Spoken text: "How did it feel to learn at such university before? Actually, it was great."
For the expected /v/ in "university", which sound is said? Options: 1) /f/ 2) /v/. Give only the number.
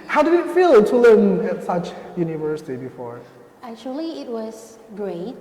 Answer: 2